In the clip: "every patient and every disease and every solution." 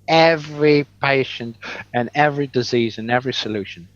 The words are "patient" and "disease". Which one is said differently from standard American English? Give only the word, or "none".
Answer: none